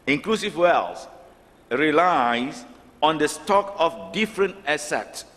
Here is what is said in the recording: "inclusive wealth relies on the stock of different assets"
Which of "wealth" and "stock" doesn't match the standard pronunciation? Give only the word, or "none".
wealth